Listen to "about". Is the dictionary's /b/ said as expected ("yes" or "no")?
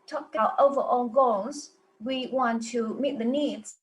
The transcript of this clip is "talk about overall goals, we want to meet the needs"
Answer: no